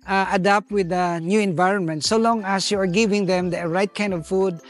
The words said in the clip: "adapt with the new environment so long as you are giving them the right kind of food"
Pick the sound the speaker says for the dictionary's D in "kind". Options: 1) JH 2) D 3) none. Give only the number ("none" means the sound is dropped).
2